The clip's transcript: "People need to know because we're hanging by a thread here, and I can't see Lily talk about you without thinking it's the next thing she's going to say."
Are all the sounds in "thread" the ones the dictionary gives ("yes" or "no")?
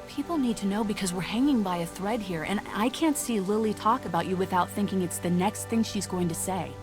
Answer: yes